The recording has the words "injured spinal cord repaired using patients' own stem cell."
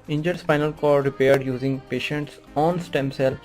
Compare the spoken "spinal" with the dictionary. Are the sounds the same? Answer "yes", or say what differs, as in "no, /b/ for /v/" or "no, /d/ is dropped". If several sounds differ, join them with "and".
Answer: no, /f/ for /p/